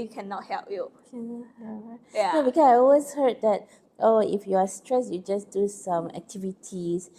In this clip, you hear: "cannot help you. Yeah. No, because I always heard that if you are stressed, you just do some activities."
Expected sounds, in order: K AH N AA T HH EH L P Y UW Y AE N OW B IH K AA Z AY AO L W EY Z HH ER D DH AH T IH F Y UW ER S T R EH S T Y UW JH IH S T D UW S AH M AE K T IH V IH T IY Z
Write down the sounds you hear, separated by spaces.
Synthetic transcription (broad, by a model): K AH N AA T HH EH L P Y UW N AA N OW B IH K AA S AY AO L W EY S HH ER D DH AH T IH F Y UW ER S T R EH S Y UW JH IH S D UW S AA M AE K T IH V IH T IY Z